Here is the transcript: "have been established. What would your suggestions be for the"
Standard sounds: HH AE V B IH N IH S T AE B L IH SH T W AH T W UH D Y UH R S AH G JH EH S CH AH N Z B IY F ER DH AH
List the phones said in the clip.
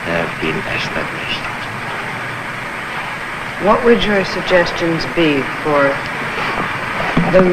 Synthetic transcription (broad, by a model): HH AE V B IH N IH S T AE B L IH SH T W AH T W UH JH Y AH R S AH G JH EH S CH AH N Z B IY F ER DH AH